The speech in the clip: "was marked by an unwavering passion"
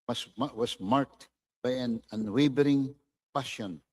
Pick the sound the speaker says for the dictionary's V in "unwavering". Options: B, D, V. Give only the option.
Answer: B